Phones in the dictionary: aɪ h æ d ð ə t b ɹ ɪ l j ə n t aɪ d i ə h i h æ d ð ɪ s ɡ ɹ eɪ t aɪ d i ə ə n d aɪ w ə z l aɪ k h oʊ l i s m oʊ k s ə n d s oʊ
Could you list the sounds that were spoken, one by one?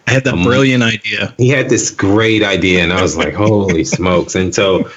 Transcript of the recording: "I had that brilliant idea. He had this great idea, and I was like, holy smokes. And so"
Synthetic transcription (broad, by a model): aɪ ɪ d ð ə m b ɹ ɪ l j ə n t aɪ d i ə h i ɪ d ð ɪ s ɡ ɹ eɪ t aɪ d i ə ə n aɪ w ə z l aɪ k h oʊ l i s m oʊ k s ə n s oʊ